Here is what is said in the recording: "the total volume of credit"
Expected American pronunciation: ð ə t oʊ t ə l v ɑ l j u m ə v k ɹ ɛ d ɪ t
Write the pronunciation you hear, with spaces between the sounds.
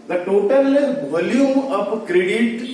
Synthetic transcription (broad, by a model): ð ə t oʊ t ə l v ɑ l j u ə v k ɹ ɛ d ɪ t